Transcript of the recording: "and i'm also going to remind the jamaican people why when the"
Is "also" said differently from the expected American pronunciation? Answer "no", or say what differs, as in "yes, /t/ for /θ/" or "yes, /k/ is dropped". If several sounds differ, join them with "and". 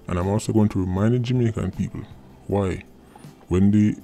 yes, /l/ is dropped